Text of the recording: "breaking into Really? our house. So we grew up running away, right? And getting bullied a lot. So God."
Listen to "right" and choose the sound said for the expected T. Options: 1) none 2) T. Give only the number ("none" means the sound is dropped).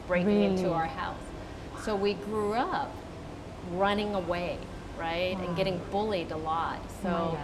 2